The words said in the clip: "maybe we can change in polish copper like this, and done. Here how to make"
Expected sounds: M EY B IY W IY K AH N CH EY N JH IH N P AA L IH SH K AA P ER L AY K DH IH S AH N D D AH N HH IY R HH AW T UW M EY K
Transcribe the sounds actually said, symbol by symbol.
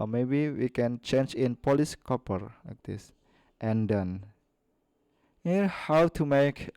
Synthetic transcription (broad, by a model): M EY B IY W IY K AH N CH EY N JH IH N P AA L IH S K AA P ER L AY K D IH S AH N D D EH N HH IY HH AW T UW M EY K